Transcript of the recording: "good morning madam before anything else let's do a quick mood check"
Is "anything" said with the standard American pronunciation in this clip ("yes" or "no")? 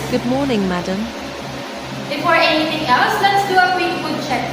no